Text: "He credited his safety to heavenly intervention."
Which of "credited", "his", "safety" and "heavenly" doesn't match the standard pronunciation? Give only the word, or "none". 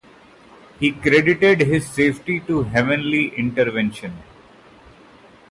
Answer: none